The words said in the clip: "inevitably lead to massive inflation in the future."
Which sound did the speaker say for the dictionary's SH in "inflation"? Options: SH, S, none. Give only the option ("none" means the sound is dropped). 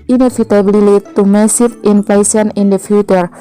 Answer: S